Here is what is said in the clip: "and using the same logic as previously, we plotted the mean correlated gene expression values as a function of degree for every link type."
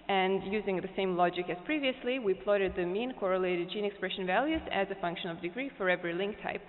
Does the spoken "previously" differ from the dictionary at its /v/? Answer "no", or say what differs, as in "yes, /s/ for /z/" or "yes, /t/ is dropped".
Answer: no